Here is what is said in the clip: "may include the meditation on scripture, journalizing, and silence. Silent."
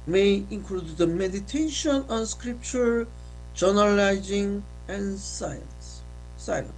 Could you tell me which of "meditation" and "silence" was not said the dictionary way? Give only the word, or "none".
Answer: silence